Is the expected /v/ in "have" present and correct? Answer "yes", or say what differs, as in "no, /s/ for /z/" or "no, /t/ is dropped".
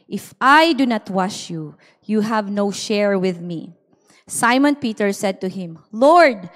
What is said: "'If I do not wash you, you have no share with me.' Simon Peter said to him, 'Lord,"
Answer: yes